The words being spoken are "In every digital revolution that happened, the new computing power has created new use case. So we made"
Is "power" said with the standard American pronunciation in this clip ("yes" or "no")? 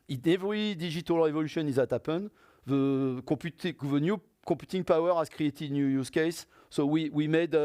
yes